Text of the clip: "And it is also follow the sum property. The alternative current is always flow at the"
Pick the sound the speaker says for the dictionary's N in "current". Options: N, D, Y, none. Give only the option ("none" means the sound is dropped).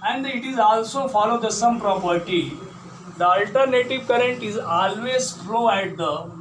N